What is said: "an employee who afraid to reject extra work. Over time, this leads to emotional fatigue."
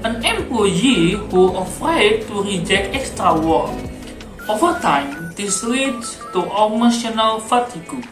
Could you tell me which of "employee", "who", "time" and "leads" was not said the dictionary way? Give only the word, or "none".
leads